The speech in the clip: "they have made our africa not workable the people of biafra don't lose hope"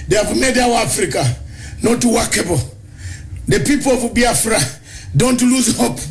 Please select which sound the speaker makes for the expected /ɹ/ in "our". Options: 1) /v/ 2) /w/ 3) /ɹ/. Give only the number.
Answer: 2